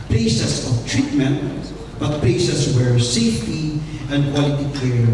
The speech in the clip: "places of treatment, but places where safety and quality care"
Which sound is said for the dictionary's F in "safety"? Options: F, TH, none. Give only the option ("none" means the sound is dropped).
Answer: F